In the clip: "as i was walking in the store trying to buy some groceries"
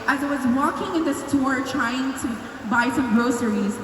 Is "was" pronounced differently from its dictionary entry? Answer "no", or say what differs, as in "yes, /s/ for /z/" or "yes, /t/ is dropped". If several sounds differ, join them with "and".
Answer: no